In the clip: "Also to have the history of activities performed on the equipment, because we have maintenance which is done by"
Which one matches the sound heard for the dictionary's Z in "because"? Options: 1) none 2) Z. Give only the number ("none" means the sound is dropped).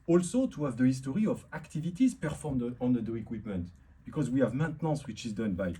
2